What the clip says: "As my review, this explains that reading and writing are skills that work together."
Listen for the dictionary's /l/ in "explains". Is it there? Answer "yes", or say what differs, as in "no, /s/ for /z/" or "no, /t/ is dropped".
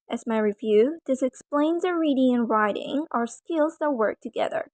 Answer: yes